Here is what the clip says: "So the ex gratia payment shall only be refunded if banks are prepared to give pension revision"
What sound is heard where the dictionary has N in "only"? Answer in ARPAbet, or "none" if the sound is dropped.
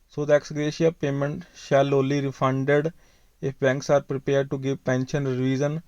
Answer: none